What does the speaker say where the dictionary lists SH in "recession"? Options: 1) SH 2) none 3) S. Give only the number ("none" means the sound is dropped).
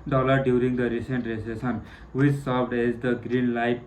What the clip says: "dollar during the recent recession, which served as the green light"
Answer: 3